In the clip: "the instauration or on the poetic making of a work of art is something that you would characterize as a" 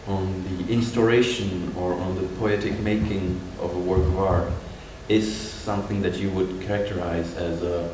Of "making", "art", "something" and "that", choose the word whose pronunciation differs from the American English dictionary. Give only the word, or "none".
none